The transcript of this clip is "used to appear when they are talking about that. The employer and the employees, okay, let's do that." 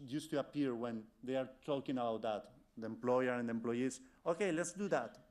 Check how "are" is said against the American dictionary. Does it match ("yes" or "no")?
yes